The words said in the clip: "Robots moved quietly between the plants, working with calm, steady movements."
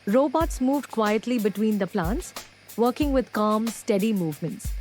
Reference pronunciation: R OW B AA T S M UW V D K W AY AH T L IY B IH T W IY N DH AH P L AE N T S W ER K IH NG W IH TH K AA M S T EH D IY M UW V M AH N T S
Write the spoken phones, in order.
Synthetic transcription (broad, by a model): R OW B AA T S M UW V D K W AY AH T L IY B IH T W IY N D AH P L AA N T S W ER K IH NG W IH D K AA M S T EH D IY M UW V M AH N T S